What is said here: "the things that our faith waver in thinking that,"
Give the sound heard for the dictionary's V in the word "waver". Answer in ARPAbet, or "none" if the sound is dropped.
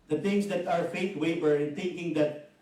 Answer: B